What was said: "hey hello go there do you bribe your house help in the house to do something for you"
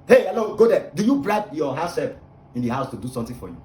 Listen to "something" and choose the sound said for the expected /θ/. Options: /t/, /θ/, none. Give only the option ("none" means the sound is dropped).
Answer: /t/